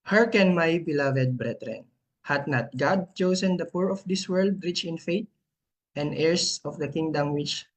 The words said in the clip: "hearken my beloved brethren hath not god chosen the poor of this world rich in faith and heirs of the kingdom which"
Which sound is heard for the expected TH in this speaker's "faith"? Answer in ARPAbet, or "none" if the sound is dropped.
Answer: T